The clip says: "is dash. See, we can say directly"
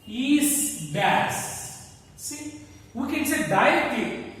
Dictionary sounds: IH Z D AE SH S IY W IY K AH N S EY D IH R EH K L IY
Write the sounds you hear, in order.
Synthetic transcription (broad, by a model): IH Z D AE S S IY W IY K AH N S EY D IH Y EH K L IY